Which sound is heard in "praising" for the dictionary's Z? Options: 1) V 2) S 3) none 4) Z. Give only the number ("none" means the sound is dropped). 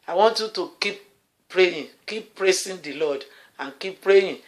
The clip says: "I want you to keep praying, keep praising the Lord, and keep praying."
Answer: 2